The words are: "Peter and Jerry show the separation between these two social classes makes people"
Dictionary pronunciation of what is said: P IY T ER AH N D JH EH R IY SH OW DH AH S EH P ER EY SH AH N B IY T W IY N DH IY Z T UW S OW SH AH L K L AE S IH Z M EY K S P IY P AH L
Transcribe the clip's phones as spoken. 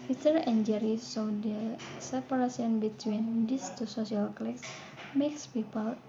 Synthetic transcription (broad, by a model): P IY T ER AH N JH EH R IY S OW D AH S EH P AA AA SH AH N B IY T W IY N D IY S T UW S OW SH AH L K L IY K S M EY K S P IY P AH L